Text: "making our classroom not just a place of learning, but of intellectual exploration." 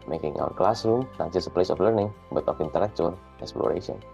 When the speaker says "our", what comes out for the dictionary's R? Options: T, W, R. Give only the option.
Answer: W